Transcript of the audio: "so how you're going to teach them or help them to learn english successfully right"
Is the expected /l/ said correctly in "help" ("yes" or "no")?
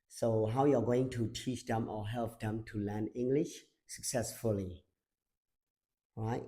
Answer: yes